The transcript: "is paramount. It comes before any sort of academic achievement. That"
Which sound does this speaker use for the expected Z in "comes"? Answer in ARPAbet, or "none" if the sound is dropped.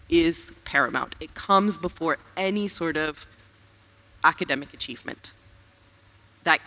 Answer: Z